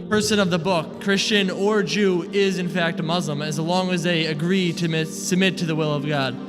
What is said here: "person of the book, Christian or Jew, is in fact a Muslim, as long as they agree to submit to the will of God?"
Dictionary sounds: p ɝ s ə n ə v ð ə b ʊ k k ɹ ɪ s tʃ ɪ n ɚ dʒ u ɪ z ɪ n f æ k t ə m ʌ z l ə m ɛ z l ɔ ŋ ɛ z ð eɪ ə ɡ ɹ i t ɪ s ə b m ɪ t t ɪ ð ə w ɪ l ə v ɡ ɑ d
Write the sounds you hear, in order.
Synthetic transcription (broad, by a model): p ɝ s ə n ə v ð ə b ʊ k k ɹ ɪ s tʃ ɪ n ɚ dʒ u ɪ z ɪ n f æ k t ə m ʌ z l ə m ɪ z l ɔ ŋ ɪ z ð eɪ ə ɡ ɹ i t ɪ s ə b m ɪ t t ɪ ð ə w ɪ l ə v ɡ ɑ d